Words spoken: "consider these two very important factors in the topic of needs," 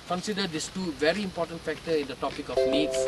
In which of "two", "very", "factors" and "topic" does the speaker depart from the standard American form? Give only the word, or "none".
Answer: factors